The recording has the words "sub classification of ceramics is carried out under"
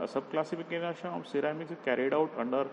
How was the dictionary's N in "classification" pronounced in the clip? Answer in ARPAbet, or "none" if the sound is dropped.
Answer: none